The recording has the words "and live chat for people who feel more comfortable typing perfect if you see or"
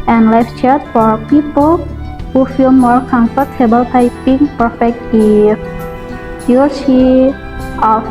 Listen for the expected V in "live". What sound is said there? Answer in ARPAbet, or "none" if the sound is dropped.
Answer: F